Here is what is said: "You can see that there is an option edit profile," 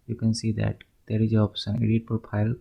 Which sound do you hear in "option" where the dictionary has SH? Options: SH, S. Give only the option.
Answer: S